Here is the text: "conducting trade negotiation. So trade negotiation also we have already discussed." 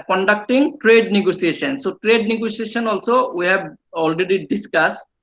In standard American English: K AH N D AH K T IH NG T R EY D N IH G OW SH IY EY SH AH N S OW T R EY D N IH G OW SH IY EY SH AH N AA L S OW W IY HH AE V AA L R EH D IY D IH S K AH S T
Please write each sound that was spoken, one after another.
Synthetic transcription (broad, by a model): K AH N D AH K T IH NG T R EY D N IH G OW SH IY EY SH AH N S OW T R EY D N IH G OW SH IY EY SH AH N AA L S OW W IY HH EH B AA L R EH D IY D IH S K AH S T